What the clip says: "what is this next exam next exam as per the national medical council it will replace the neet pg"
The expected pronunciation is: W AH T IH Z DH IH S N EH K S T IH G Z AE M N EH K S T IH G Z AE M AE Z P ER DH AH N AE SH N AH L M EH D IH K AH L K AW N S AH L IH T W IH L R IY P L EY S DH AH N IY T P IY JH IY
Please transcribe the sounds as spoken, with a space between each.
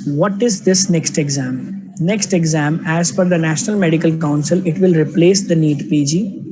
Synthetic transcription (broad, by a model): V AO T IH Z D IH S N EH K S T IH G Z AE M N EH K S T IH G Z AE M AE Z F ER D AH N AE SH N AH L M EH D IH K AH L K AW N S AH L IH T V IH L R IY P L EY S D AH N IY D P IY JH IY